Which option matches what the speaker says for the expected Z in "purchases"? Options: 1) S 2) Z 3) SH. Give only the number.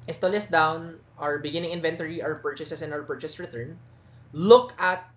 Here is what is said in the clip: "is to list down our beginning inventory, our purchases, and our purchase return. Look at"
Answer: 1